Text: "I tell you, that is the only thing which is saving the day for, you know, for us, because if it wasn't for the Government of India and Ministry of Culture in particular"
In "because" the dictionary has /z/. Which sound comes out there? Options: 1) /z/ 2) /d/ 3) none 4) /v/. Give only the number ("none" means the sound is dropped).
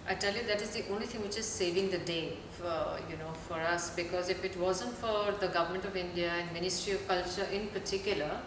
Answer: 1